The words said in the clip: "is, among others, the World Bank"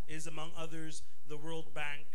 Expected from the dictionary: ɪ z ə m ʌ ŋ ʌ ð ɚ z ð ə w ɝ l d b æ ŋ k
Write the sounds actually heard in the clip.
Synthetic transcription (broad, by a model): ɪ z ə m ʌ ŋ ʌ ð ɚ z ð ə w ɝ l d b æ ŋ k